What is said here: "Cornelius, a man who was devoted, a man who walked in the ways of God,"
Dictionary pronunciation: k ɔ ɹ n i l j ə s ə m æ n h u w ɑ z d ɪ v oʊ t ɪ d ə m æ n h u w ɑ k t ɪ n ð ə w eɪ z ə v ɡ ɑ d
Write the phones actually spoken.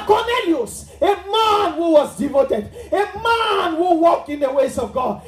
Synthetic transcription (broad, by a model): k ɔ n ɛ l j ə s ə m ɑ n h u w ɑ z d ɪ v oʊ t ɪ d ə m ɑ n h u w ɑ k ɪ n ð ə w eɪ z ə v ɡ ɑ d